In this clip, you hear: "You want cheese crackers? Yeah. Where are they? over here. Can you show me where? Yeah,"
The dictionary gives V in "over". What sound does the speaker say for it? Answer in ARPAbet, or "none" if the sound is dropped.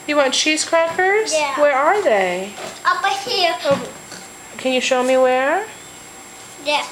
B